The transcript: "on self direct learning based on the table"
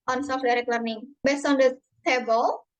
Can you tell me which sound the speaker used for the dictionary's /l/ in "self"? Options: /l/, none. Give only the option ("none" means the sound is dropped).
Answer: none